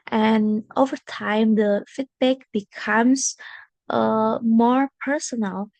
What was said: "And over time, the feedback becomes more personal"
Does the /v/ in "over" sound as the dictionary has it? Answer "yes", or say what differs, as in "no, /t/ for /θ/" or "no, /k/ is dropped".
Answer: yes